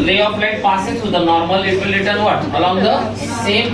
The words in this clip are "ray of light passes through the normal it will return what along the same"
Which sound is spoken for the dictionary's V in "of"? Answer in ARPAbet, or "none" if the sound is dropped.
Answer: P